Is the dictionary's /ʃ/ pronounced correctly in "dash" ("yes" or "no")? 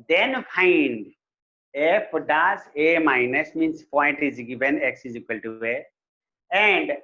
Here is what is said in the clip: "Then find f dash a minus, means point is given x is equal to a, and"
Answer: no